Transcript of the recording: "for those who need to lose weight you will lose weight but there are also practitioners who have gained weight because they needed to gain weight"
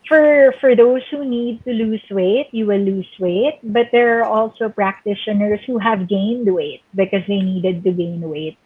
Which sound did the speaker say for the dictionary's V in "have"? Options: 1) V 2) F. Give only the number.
1